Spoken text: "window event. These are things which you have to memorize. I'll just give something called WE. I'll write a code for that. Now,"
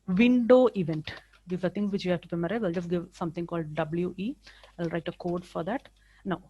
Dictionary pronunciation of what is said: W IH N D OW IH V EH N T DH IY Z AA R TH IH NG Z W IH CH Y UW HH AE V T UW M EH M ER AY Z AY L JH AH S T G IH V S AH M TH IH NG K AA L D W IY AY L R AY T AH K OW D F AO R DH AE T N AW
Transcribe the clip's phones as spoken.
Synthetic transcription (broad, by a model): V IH N D OW IH V EH N T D IY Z AA R T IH NG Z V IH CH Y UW HH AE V T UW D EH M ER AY AY L JH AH S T G IH V S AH M T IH NG K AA L D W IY AY L R AY T AH K OW D F AO R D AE T N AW